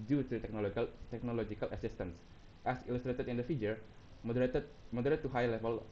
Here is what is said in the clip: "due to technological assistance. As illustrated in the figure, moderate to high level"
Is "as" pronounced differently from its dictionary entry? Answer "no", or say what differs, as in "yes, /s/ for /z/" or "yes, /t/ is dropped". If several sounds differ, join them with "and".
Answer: yes, /s/ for /z/